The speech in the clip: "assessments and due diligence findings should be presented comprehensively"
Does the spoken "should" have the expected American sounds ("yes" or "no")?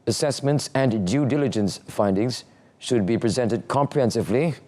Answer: yes